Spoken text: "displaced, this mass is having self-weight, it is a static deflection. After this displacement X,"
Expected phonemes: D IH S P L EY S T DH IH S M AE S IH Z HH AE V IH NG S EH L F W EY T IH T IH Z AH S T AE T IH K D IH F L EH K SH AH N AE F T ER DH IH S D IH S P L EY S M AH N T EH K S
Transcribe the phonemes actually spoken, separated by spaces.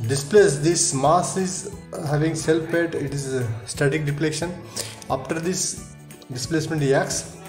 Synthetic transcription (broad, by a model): D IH S P L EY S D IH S M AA S IH Z HH AE V IH NG S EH L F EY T IH T IH Z S T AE T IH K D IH P L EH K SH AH N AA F T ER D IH S D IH S P L EY S M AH N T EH K S